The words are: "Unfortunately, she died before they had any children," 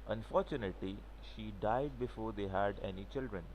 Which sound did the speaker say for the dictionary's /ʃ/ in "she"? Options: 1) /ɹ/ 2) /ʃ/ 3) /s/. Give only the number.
2